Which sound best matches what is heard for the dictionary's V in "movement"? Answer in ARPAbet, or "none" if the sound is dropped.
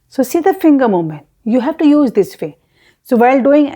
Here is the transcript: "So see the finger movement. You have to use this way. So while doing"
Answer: none